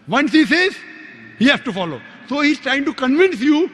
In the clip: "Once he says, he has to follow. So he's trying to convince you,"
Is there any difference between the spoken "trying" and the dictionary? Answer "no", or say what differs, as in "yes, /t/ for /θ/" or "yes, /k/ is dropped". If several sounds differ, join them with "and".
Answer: no